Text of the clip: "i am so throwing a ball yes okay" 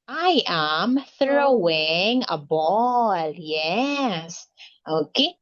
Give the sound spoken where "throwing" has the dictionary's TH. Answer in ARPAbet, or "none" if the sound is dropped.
TH